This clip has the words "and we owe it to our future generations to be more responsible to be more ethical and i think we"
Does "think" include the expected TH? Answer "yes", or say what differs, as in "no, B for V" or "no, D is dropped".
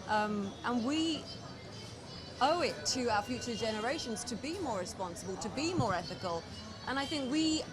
yes